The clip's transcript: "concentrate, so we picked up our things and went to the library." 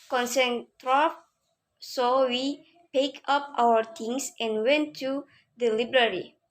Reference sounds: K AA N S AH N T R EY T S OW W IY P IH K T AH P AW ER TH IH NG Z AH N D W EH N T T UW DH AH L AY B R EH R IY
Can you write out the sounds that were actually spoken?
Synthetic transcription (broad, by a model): K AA N S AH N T R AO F S OW W IY P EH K AH P AW ER T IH NG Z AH N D W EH N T T UW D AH L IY B R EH R IY